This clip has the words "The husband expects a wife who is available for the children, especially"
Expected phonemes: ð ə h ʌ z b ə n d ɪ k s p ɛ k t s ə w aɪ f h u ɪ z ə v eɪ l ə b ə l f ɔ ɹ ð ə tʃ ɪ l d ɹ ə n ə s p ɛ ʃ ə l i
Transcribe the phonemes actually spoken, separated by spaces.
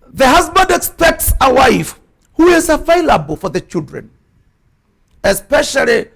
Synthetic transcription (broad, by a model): ð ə h ʌ z b ə n d ɪ k s p ɛ k t s ə w aɪ f h u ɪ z ə v eɪ l ə b ə l f ɔ ɹ ð ə tʃ ɪ l d ɹ ə n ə s p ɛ ʃ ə l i